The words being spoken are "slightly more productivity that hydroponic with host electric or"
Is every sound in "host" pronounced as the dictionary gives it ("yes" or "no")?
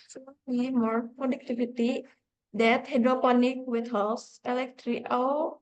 no